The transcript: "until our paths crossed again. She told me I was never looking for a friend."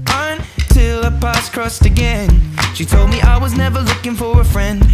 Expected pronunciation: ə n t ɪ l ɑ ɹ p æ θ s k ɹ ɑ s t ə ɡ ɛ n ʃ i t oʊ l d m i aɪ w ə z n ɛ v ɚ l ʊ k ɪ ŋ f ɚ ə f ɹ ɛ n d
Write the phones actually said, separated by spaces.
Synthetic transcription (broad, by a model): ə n t ɪ l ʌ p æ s k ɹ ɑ s t ə ɡ ɛ n ʃ i t oʊ l d m i aɪ w ə z n ɛ v ɚ l ʊ k ɪ ŋ f ɚ ə f ɹ ɛ n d